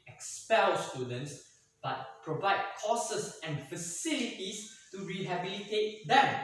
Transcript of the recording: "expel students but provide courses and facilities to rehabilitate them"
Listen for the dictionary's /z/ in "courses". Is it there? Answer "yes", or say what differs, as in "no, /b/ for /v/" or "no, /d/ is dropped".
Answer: no, /s/ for /z/